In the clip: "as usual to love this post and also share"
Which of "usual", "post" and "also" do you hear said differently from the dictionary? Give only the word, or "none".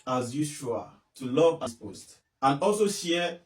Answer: usual